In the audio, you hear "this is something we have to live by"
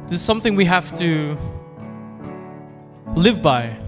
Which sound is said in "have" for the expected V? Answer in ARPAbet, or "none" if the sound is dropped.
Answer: F